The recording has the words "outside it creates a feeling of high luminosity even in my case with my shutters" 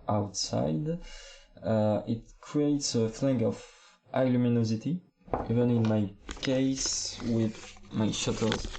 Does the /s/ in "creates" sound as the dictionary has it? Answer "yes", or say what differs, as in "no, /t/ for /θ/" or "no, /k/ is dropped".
yes